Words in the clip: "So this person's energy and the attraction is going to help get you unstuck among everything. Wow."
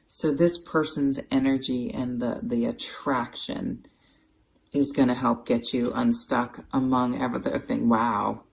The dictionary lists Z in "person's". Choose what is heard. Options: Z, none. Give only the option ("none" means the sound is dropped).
Z